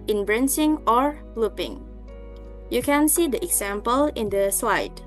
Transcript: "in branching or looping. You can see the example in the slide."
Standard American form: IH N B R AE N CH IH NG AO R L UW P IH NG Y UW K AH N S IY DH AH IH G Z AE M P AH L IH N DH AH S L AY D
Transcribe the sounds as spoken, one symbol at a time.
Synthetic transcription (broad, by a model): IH N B R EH N S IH NG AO R L UW P IH NG Y UW K AH N S IY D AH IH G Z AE M P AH L IH N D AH S L AY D